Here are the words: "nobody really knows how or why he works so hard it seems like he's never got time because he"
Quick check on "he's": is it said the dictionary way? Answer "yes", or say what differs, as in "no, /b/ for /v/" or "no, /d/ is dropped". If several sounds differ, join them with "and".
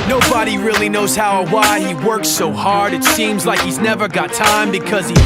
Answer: yes